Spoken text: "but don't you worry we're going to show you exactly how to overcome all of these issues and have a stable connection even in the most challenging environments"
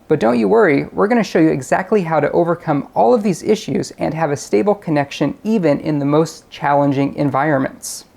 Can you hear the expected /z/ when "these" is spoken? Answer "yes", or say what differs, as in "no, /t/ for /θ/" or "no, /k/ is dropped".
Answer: yes